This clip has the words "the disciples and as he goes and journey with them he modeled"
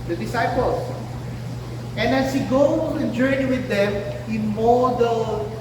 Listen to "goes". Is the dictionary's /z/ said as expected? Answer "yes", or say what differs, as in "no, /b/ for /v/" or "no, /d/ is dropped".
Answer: no, /z/ is dropped